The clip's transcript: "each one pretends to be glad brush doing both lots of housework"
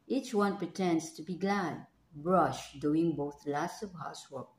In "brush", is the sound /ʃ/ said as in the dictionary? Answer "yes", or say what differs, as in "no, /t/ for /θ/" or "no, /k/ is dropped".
yes